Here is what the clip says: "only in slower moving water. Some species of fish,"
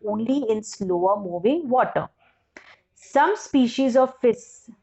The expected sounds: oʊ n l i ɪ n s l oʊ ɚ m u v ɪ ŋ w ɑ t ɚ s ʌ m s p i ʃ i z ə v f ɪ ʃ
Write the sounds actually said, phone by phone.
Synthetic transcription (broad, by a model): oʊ n l i ɪ n s l oʊ ɚ m u v ɪ ŋ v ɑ t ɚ s ʌ m s p i ʃ i z ə v f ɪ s